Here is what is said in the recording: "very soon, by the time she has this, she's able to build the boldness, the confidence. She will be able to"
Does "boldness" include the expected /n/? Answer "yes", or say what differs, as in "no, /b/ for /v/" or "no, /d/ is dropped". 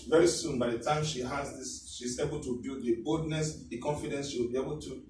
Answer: yes